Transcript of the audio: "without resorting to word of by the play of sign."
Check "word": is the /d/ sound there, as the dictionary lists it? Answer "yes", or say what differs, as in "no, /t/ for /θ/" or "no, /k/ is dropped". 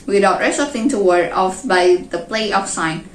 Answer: no, /d/ is dropped